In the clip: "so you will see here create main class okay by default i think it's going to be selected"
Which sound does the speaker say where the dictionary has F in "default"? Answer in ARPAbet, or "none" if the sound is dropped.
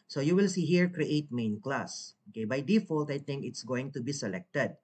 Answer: F